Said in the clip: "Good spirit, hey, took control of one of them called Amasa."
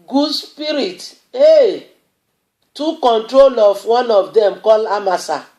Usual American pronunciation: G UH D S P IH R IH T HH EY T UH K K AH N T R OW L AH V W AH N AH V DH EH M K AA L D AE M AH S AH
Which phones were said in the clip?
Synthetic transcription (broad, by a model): G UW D S P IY R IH T EY T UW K K AH N T R OW L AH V W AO N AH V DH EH M K AA L AA M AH S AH